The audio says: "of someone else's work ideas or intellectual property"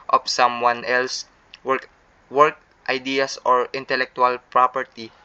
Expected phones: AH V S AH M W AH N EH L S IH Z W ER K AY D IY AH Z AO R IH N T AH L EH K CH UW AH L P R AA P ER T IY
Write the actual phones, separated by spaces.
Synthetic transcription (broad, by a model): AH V S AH M W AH N EH L S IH W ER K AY D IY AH S AO R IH N T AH L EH K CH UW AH L P R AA P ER T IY